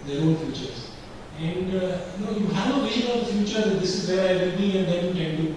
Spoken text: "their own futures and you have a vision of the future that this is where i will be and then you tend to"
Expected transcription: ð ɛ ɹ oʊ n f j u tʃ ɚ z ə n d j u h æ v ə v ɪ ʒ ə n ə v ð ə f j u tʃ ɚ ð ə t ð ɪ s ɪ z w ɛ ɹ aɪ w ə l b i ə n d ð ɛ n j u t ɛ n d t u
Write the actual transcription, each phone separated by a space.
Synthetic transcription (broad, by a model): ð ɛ ɹ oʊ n f j u tʃ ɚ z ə n d j u h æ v ə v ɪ ʃ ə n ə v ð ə f j u tʃ ɚ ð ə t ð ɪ s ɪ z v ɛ ɹ aɪ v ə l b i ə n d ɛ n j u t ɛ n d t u